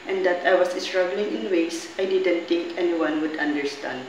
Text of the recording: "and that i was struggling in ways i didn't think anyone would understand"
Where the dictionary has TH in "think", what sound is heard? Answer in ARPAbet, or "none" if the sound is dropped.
T